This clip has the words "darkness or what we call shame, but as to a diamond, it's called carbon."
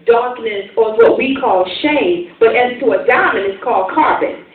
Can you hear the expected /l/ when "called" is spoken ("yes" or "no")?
yes